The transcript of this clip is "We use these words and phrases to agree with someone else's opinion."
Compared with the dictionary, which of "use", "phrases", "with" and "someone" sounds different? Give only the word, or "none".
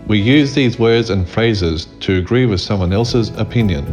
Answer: none